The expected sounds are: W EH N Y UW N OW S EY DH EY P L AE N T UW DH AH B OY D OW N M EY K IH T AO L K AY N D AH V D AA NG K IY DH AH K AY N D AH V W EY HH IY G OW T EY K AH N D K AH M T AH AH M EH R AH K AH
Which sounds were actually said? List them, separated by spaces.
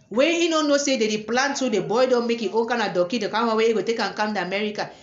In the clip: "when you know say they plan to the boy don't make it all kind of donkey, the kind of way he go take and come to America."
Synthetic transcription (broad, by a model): W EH N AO N OW S EY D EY P L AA N T UW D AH B OY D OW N M EY K IH T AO N K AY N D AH D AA K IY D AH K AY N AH W EY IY G OW T EY K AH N K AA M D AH M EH R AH K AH